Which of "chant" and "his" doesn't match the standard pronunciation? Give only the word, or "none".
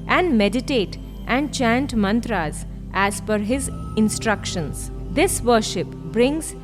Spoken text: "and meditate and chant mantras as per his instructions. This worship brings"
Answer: none